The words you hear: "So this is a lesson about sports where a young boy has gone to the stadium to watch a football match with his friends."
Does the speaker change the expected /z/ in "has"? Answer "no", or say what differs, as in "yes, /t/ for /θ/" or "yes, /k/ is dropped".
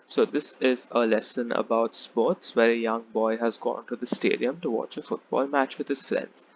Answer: no